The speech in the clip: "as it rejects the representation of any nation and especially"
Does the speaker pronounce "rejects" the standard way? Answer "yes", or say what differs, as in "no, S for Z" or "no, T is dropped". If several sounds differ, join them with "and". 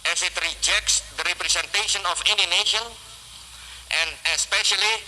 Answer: yes